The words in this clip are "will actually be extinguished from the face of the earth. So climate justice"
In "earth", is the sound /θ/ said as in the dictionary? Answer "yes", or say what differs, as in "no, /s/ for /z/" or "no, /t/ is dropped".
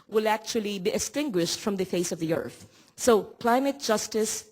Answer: yes